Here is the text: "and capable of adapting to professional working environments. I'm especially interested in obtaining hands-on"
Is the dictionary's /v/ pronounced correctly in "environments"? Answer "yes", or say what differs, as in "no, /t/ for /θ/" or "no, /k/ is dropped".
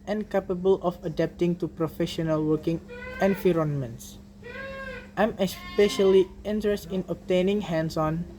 no, /f/ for /v/